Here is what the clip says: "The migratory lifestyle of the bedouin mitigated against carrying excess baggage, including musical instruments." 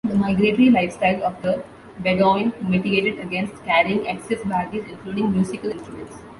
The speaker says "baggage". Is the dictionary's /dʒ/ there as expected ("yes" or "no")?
no